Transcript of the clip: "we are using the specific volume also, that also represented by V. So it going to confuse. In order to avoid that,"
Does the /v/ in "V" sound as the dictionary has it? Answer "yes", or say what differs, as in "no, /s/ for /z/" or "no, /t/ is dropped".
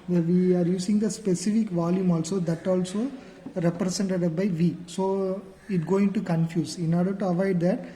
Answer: yes